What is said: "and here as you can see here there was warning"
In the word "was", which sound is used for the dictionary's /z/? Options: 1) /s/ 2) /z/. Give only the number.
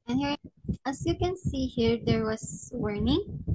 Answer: 1